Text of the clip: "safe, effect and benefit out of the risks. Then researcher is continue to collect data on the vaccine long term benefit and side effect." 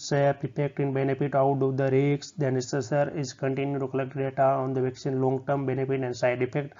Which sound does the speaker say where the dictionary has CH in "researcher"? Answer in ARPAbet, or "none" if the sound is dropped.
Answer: S